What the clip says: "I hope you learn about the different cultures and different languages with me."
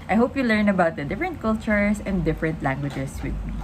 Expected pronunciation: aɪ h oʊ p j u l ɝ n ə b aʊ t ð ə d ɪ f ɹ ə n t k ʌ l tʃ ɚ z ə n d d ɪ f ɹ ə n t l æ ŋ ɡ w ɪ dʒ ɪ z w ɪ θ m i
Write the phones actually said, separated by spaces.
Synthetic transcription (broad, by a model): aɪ h oʊ p j u l ɝ n ə b aʊ t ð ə d ɪ f ɹ ə n t k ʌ l tʃ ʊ s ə n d d ɪ f ɹ ə n t l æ ŋ ɡ w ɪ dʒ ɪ s w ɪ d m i